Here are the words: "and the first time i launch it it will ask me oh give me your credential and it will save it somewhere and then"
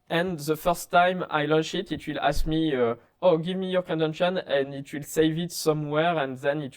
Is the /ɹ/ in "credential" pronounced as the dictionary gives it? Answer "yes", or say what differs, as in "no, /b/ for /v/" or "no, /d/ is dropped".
no, /ɹ/ is dropped